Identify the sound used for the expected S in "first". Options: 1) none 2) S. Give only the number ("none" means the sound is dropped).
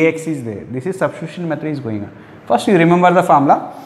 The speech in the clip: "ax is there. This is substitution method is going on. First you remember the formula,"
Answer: 2